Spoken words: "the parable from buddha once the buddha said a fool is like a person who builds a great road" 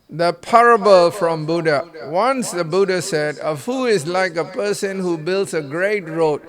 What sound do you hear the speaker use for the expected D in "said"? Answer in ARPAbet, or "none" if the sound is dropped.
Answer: D